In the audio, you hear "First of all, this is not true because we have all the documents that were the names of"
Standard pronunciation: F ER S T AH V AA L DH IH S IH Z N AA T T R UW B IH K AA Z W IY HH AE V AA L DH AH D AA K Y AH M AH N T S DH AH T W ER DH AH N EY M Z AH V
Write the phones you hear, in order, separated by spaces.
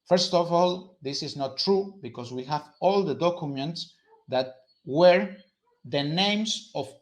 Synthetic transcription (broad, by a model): F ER S T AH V AA L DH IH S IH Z N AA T T R UW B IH K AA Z W IY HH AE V AA L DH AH D AA K Y AH M AH N T S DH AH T W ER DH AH N EY M S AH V